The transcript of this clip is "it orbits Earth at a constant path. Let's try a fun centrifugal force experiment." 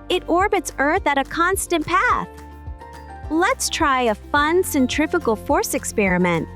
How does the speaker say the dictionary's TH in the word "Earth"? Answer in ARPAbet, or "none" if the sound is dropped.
TH